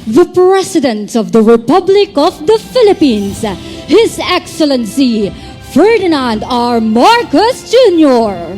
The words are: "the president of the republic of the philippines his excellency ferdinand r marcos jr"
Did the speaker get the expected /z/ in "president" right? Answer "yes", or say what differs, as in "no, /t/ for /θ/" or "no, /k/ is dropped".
no, /s/ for /z/